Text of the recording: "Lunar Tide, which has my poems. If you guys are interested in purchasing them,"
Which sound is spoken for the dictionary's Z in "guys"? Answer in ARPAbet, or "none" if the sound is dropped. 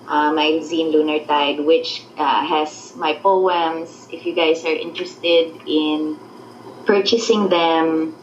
S